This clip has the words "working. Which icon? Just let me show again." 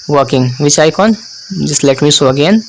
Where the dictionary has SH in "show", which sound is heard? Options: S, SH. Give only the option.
S